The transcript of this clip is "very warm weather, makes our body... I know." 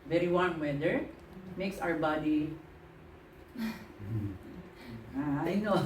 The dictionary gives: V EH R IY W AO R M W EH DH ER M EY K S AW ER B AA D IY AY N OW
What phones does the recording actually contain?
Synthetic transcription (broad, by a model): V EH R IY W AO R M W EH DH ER M EY K S AW ER B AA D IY AY N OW